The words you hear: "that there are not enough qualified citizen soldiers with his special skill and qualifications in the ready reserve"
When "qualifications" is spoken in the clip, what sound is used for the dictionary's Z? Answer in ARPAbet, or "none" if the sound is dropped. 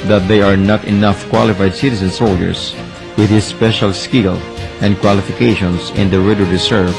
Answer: S